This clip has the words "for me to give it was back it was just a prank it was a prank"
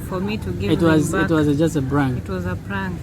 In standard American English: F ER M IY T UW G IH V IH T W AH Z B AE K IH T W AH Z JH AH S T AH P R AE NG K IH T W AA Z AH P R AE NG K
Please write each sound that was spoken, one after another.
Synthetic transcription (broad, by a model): F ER M IY T UW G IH IH T W AH Z IH T W AH Z JH AH S T AH B R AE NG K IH T W AA Z AH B R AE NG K